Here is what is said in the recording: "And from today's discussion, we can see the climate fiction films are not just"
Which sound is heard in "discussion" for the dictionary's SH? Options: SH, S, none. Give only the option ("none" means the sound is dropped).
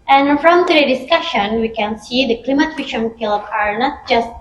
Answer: SH